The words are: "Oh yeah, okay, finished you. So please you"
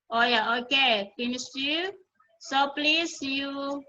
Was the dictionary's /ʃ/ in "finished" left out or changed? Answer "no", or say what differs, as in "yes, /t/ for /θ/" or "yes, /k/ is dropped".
yes, /s/ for /ʃ/